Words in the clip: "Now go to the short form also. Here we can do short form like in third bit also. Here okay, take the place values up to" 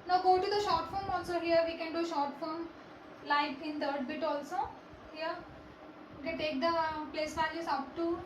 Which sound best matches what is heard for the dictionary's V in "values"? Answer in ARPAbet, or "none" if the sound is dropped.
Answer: F